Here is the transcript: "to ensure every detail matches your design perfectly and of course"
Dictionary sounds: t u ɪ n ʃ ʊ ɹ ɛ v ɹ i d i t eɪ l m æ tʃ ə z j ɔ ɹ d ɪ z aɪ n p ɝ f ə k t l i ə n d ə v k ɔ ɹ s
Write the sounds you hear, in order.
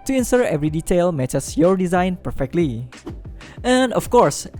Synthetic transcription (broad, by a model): t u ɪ n s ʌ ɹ ɛ v ɹ i d i t eɪ l m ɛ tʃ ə s j ɔ ɹ d ɪ z aɪ n p ɝ f ə k t l i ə n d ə f k ɔ ɹ s